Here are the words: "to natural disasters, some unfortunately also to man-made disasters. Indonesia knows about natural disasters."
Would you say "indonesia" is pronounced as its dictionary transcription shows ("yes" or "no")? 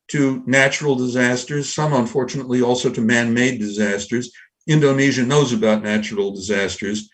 yes